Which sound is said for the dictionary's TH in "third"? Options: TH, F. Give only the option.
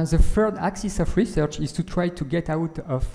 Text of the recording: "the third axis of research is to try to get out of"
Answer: F